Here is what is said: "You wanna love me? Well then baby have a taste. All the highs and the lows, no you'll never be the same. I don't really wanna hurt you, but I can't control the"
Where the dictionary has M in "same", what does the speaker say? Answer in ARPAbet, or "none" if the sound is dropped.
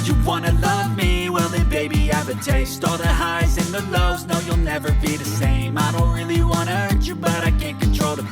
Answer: M